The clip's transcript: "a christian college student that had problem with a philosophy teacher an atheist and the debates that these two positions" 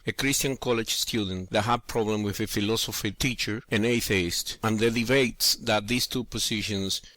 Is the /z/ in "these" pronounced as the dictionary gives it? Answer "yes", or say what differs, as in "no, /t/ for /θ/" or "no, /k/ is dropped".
no, /s/ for /z/